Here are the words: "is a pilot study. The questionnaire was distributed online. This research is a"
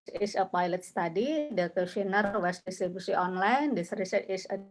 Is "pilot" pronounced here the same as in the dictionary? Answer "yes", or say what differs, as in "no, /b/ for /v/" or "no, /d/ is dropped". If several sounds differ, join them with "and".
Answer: yes